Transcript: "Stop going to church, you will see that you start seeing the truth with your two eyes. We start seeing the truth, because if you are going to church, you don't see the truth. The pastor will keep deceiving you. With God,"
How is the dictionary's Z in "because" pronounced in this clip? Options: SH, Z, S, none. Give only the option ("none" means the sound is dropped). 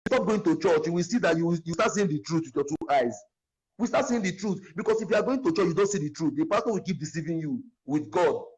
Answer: S